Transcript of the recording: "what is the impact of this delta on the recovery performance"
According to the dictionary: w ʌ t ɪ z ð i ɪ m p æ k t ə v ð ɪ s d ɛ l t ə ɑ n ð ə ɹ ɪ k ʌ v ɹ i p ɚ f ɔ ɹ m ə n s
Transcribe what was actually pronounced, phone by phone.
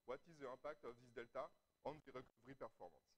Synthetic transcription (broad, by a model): w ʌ t ɪ z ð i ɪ p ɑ k t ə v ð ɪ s d ɛ l t ə ɑ n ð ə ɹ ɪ k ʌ v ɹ i p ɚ f ɔ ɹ m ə n s